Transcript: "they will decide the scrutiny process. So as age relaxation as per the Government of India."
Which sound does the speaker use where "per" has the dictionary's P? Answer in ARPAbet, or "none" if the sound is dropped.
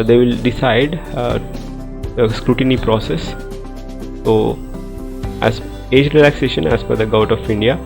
F